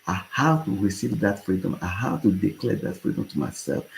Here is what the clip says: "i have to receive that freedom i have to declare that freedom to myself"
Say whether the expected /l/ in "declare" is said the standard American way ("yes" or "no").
yes